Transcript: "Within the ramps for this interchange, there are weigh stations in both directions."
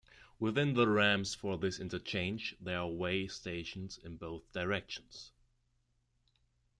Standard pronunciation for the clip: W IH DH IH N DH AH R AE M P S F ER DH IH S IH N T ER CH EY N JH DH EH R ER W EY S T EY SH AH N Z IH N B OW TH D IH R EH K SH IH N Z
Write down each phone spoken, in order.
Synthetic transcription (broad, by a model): W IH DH IH N DH AH R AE M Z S F ER DH IH S IH N T ER CH EY N JH DH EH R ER W EY S T EY SH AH N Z IH N B OW TH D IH R EH K SH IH N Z